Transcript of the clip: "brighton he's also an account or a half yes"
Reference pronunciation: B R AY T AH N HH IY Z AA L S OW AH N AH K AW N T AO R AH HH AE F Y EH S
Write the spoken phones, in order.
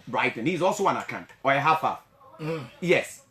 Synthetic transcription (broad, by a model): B R AY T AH N HH IY Z AA L S OW AH N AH K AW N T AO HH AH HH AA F Y EH S